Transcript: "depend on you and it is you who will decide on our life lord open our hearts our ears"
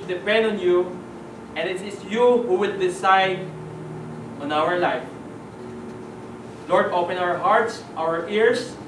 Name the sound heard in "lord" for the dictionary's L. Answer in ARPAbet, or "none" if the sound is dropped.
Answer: L